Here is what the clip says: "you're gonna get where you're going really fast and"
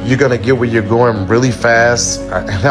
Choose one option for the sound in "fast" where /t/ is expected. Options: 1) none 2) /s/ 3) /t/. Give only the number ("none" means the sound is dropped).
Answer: 3